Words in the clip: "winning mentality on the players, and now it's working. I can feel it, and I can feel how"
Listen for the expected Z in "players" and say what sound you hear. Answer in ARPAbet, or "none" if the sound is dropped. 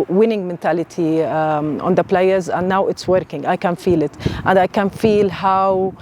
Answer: Z